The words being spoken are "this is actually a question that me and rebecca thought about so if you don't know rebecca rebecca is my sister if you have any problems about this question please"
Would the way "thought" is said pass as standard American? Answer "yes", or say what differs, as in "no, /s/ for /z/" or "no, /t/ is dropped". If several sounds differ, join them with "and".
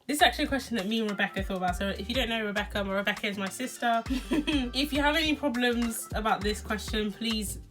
yes